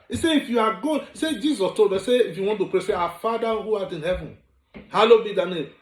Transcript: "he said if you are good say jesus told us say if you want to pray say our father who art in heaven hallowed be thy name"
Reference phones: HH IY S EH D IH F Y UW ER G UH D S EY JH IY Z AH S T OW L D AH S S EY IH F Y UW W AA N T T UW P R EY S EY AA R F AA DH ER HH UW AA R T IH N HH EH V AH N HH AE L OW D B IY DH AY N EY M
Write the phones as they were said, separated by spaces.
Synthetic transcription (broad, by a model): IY S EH IH F Y UW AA G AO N S EY JH IY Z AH S T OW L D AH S S EY IH F Y UW W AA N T T UW P R EY S EY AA F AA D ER HH UW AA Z IH N HH EH V AH N HH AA L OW B IY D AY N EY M